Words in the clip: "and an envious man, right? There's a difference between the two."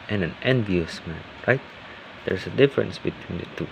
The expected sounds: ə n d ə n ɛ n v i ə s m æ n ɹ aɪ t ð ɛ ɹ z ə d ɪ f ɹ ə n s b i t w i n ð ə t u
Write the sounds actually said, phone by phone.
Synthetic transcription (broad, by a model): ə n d ə n ɛ n v i ə s m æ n ɹ aɪ t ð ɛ ɹ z ə d ɪ f ɹ ə n s b i t w i n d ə t u